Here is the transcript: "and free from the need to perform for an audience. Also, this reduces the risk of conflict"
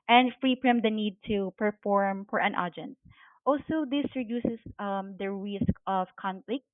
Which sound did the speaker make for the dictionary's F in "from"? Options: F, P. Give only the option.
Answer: P